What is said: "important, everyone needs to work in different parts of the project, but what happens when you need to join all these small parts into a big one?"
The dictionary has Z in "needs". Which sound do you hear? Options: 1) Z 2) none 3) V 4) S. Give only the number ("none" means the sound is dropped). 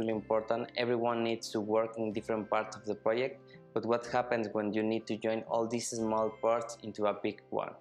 4